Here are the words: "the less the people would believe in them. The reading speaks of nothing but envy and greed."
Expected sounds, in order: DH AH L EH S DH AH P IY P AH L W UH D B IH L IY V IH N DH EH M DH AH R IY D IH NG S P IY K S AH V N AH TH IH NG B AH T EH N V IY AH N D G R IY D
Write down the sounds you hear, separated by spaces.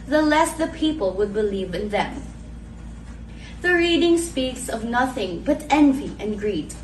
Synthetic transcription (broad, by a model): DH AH L EH S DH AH P IY P AH L W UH D B IH L IY V IH N DH EH M DH AH R IY D IH NG S P IY K S AH V N AH TH IH NG B AH T EH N V IY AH N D G R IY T